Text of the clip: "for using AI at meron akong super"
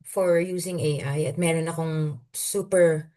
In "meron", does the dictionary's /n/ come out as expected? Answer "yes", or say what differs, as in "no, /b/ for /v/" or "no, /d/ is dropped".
yes